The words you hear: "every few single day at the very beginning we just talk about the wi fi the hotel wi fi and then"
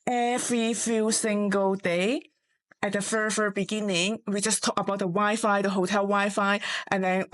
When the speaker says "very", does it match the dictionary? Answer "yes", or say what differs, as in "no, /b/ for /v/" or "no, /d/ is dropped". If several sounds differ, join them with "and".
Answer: no, /f/ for /v/